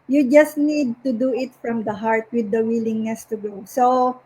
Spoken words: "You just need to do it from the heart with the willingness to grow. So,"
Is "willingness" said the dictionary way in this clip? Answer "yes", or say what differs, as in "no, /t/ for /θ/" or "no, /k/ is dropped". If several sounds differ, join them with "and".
yes